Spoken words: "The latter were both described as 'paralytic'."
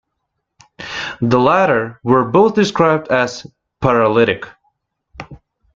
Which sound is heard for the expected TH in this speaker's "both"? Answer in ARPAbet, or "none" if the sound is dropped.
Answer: TH